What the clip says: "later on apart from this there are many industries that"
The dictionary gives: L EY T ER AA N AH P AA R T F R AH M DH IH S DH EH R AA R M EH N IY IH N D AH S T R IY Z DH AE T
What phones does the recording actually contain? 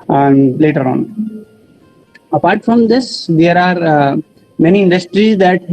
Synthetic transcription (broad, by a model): L EY T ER AA N AH P AA R T F R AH M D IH S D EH R AA R M EH N IY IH N D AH S T R IY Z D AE T